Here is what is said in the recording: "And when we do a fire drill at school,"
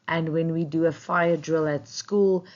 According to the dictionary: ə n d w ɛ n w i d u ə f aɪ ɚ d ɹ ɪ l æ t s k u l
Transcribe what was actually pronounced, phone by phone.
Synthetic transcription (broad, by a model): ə n w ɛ n w i d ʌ ə f aɪ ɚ d ɹ ɪ l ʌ t s k u l